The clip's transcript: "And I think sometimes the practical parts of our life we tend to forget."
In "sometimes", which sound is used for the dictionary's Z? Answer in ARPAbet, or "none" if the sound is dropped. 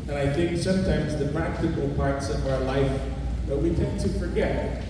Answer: Z